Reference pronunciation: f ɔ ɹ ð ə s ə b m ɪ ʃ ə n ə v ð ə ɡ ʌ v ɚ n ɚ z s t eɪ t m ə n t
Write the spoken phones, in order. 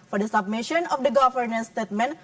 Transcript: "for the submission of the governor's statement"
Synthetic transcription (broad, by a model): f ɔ ɹ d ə s ə b m ɪ ʃ ə n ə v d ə ɡ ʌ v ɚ n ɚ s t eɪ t m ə n